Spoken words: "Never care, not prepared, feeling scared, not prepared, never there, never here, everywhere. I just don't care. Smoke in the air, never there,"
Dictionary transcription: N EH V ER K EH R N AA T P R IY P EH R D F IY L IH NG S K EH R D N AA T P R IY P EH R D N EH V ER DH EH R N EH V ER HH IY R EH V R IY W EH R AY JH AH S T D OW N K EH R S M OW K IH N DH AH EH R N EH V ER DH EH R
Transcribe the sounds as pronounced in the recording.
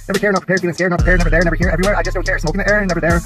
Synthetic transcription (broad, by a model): N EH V ER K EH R N AA T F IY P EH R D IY IH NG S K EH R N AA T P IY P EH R N EH V ER DH EH R N EH V ER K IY R EH V R IY W EH R AY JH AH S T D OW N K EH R S M OW K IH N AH EH R N EH V ER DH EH R